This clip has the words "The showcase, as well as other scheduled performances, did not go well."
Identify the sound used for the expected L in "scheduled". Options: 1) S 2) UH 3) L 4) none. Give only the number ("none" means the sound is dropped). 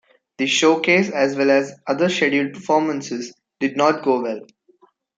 4